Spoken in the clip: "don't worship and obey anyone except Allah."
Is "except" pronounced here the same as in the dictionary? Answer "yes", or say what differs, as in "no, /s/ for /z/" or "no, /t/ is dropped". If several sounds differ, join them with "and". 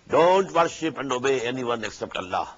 yes